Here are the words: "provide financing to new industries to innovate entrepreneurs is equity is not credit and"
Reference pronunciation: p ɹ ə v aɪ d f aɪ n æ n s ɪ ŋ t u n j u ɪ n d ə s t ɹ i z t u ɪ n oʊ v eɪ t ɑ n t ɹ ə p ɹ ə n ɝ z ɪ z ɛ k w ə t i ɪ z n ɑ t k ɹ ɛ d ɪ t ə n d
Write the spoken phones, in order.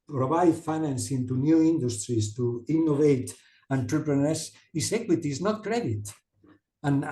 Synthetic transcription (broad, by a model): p ɹ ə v aɪ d f aɪ n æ n s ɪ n t u n j u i n d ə s t ɹ i s t u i n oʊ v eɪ t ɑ n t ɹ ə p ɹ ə n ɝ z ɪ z ɛ k w ə t i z n ɑ t k ɹ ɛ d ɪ t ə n